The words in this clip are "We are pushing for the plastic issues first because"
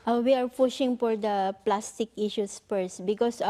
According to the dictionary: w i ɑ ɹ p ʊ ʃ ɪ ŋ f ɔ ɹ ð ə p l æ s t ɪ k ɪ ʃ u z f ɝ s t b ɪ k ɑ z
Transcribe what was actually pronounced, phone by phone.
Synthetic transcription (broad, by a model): w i ɑ ɹ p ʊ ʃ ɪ ŋ f ɔ ɹ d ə p l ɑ s t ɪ k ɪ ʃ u s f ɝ s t b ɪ k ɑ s